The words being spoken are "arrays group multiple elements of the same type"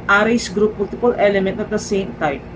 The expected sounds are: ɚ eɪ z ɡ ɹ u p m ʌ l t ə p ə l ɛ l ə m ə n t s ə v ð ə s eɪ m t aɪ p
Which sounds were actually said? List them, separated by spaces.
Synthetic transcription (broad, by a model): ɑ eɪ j ɡ ɹ u p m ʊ l t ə p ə l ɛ l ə m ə n t ə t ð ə s eɪ m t aɪ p